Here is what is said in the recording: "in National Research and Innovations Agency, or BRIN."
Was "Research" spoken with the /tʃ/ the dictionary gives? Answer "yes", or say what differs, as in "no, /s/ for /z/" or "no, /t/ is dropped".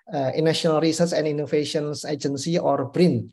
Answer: no, /s/ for /tʃ/